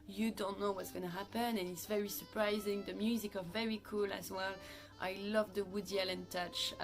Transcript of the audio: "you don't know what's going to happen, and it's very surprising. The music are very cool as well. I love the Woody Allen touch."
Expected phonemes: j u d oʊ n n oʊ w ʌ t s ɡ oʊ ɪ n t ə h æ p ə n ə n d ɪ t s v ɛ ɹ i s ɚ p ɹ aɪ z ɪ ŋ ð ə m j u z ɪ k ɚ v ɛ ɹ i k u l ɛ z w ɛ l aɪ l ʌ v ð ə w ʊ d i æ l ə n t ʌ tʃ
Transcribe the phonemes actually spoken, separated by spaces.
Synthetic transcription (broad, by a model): j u d oʊ n n oʊ w ʌ t s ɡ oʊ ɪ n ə h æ p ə n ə n ɪ t s v ɛ ɹ i s ɚ p ɹ aɪ z ɪ ŋ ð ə m j u z ɪ k ɚ v ɛ ɹ i k u l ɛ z w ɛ l aɪ l ʌ v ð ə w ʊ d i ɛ l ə n t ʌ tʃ